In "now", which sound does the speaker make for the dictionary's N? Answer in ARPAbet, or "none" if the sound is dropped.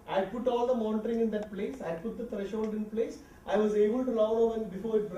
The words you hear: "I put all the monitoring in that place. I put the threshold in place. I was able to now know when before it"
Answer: L